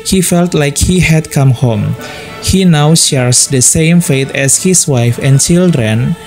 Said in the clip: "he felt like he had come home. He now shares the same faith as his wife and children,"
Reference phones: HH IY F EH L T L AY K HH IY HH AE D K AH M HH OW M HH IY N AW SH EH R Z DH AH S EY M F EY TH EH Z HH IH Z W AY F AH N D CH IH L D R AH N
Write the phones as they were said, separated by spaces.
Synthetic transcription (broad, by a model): HH IY F EH L T L AY K HH IY HH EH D K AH M HH OW M HH IY N AW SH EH R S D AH S EY M F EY T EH S HH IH S W AY F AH N CH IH L D R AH N